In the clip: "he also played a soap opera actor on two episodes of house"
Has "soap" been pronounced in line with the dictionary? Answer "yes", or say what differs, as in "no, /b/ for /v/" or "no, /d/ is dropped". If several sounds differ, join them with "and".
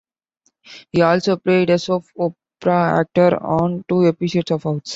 no, /f/ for /p/